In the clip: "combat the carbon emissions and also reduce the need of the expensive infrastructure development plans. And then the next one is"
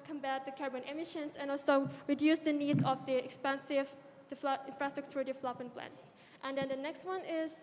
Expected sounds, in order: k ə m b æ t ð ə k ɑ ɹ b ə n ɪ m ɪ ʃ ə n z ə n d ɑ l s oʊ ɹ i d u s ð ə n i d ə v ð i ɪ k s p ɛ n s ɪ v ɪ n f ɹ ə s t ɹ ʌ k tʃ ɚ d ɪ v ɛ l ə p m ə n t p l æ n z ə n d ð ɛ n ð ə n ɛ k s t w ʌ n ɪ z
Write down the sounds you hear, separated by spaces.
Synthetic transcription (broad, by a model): k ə m b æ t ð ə k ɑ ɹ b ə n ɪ m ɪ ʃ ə n s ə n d ɑ l s oʊ ɹ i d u s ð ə n i d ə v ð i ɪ k s p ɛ n s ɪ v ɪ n f ɹ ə s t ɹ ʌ k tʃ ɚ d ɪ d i l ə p ə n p l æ n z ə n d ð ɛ n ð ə n ɛ k s t w ʌ n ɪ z